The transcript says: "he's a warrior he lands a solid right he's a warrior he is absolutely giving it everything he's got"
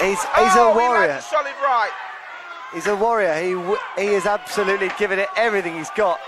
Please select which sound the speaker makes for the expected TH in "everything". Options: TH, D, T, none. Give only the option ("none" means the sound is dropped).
TH